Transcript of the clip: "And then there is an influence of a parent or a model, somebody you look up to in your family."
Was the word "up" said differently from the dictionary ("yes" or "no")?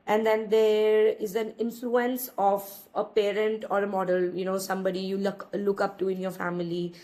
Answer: no